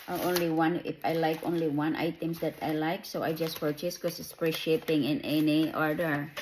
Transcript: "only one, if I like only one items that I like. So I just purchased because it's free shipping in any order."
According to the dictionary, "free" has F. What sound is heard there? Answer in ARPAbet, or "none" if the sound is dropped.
P